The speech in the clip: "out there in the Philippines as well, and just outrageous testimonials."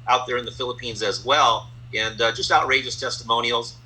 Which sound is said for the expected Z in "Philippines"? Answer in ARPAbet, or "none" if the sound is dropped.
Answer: Z